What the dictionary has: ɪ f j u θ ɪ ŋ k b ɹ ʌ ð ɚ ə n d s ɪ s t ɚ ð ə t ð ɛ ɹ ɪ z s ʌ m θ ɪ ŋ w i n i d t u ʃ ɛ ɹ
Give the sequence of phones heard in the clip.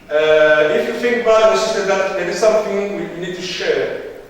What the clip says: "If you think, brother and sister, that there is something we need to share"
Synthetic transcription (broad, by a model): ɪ f j u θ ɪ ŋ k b ʌ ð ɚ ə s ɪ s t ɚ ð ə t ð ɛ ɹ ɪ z s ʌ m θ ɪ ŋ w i n i d t u ʃ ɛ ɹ